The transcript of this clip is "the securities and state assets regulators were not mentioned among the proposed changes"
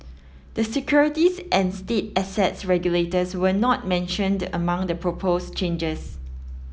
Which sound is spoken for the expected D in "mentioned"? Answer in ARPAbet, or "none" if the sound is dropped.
D